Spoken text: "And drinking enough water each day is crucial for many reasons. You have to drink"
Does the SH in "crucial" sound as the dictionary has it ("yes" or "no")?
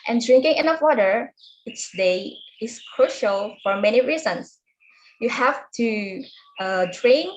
yes